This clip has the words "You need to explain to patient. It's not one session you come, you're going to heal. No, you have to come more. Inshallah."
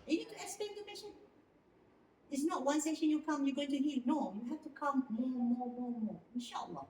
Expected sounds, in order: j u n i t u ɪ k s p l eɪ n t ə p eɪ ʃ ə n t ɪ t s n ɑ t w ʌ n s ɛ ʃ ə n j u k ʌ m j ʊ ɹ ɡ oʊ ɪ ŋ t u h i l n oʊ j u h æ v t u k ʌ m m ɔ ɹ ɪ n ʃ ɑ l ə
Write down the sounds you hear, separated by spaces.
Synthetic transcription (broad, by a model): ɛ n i t u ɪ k s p eɪ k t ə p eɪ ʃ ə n ɪ t s n ɑ t w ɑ n s ɛ ʃ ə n j u k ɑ m j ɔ ɡ oʊ ɪ ŋ t u h i l n oʊ j u h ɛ f t u k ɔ m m ɔ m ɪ n ʃ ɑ l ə